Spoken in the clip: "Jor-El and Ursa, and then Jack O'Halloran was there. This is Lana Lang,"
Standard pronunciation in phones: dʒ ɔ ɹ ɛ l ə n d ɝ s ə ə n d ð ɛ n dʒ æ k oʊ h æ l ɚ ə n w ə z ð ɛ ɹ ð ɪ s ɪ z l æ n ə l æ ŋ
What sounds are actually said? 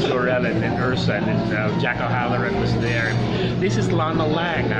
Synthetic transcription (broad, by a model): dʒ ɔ ɹ ɛ l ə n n ɝ s ə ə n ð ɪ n dʒ æ k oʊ h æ l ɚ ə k w ə z ð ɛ ɹ ð ɪ s ɪ z l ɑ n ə l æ ŋ